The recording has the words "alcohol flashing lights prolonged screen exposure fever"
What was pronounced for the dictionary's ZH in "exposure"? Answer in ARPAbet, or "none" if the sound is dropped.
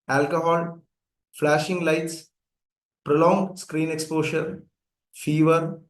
SH